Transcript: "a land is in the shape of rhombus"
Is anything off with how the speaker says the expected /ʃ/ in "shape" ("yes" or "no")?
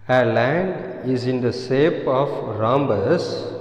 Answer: yes